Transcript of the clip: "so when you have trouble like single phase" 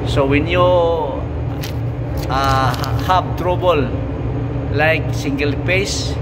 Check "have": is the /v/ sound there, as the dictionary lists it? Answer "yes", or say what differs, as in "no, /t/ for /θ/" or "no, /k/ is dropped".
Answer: no, /p/ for /v/